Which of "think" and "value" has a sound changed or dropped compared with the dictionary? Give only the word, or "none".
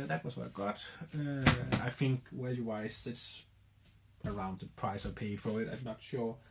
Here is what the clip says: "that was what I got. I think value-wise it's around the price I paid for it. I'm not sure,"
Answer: value